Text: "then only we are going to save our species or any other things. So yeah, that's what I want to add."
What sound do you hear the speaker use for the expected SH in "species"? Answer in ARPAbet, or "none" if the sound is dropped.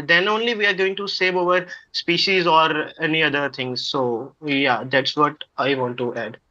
SH